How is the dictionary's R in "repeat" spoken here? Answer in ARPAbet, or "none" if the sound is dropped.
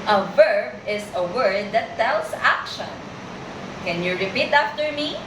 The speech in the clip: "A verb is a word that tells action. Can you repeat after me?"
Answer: R